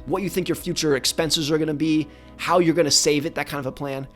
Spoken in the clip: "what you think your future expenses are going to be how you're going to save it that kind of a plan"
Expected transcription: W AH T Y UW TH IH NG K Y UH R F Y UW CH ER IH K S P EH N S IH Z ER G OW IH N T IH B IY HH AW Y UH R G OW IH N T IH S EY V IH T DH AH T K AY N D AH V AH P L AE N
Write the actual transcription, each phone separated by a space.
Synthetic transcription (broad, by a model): W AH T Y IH TH IH NG K Y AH R F Y UW CH ER IH K S P EH N S IH Z ER G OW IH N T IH B IY HH AW Y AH R G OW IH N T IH S EY V IH T DH AH T K AY N D AH V AH P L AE N